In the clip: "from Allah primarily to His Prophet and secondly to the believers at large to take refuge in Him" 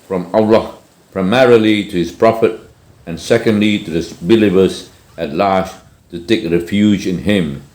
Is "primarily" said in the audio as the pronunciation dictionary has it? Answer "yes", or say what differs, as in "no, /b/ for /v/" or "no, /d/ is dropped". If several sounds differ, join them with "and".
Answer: yes